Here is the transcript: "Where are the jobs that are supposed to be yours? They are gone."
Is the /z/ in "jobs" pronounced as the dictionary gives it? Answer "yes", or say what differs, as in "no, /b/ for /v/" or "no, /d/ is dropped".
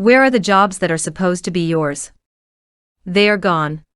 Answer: yes